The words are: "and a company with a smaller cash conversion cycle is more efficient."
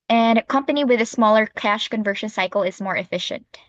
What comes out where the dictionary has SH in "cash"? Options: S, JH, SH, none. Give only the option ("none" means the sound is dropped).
SH